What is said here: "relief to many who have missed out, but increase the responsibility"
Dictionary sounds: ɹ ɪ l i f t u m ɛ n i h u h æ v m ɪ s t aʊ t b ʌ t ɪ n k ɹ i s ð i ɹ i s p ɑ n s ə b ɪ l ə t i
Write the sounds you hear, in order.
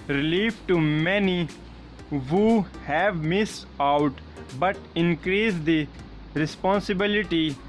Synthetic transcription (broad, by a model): ɹ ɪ l i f t u m ɛ n i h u h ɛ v m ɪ s aʊ t b ʌ t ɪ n k ɹ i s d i ɹ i s p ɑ n s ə b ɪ l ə t i